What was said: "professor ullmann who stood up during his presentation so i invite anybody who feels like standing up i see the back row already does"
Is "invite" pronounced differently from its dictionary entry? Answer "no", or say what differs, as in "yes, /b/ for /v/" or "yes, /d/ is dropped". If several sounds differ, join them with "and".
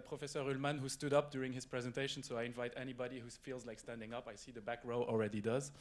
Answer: no